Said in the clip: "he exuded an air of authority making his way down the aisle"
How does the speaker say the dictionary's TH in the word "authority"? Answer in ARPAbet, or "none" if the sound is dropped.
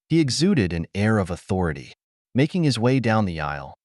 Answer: TH